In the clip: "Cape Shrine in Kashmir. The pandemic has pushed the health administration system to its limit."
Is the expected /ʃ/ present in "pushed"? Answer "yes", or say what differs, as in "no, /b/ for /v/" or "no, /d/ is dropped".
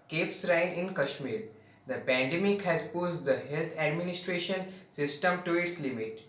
no, /s/ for /ʃ/